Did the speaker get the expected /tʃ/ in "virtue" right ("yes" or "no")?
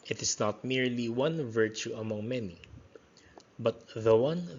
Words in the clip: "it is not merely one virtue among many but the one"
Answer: yes